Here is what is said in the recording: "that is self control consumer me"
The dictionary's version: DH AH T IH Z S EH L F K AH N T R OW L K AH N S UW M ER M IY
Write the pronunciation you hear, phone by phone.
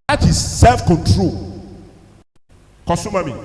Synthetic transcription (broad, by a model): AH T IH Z S EH L F K AH N T R OW L K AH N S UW M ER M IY